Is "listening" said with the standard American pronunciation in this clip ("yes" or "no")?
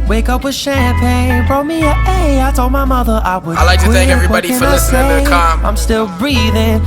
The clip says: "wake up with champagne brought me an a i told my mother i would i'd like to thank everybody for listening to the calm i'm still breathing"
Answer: no